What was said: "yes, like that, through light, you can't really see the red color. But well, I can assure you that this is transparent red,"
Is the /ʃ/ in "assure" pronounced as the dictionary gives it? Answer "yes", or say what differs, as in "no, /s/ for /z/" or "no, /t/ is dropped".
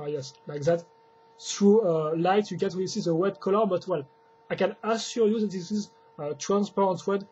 no, /s/ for /ʃ/